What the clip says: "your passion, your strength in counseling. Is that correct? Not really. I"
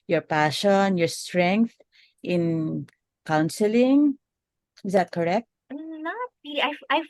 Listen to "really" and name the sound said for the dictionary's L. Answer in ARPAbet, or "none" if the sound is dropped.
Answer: none